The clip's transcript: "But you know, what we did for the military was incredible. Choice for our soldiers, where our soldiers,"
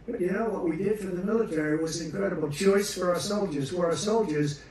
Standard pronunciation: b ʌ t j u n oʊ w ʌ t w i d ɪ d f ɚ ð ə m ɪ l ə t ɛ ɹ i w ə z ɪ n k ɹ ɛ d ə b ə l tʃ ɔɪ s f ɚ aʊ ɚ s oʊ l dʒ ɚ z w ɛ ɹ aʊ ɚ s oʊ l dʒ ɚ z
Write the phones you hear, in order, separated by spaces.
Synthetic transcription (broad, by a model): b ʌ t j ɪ n oʊ w ʌ t w i d ɪ d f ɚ ð ə m ɪ l ə t ɛ ɹ i w ə z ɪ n k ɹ ɛ d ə b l tʃ ɔɪ s f ɚ aʊ ɚ s oʊ l dʒ ɚ z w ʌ ɹ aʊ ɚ s oʊ l dʒ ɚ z